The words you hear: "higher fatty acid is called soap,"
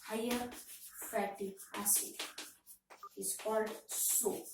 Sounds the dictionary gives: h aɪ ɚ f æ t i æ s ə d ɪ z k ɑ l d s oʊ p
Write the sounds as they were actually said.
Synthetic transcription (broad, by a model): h aɪ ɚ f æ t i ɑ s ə ɪ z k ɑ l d s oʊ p